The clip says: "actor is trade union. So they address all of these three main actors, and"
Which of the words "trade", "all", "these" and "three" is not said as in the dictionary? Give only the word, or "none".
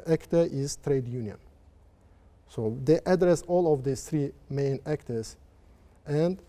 these